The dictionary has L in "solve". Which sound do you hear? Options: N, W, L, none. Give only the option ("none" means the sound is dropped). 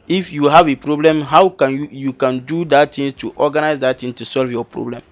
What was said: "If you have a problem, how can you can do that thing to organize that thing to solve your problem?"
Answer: L